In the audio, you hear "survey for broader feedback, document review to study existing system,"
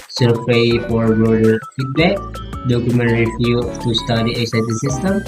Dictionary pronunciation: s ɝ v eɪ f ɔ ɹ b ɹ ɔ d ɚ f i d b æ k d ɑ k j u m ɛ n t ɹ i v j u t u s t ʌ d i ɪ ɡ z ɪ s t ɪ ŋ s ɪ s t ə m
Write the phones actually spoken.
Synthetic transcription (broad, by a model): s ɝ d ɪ f ɔ ɹ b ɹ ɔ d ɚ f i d b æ k d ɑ k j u m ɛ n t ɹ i f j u t u s t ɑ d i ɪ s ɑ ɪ t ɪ s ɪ s t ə m